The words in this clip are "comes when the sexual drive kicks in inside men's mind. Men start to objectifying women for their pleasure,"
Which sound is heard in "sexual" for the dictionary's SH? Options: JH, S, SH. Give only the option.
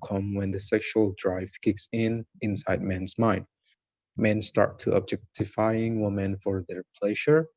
SH